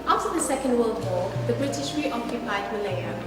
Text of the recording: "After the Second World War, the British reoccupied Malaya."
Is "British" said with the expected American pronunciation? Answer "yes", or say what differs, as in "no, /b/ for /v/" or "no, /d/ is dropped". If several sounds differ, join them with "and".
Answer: yes